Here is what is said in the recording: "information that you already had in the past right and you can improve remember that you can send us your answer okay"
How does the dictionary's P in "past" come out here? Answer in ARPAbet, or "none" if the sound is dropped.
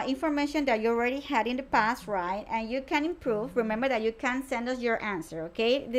P